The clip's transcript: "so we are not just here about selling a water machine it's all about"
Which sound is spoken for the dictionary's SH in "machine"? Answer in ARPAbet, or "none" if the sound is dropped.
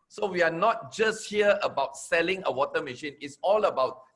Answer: SH